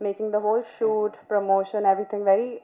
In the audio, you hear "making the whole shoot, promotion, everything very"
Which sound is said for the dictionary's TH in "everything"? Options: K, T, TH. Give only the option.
T